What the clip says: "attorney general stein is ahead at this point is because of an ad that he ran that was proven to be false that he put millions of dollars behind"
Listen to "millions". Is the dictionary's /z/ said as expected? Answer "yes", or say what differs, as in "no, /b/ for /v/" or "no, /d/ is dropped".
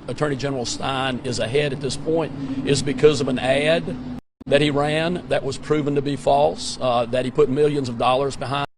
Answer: yes